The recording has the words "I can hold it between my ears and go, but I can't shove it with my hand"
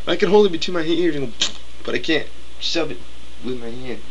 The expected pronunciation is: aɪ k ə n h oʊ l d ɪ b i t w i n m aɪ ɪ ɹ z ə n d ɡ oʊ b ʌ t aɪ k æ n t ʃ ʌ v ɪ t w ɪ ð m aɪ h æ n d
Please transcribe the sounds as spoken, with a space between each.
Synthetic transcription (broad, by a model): aɪ k ə n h oʊ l ɪ b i t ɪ m aɪ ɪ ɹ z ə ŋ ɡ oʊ b ʌ t aɪ k æ n t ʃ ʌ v ɪ t w ɪ ð m aɪ h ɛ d